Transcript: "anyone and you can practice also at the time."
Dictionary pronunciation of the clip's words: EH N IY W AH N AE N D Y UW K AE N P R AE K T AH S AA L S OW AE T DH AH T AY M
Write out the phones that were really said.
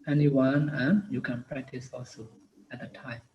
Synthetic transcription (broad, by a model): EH N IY W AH N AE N Y UW K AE N P R AE K T AH S AA L S OW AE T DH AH T AY M